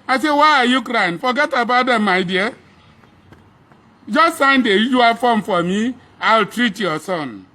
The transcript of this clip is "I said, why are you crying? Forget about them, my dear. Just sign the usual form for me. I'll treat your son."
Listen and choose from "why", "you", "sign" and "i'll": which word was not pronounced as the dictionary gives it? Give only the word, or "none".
none